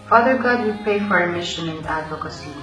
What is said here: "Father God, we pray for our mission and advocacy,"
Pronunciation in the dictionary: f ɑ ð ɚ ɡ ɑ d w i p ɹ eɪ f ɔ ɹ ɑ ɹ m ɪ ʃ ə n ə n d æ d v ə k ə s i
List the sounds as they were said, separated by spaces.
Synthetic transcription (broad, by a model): f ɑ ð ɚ ɡ ɑ d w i p eɪ f ɔ ɹ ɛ m ɪ ʃ ə n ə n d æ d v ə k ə s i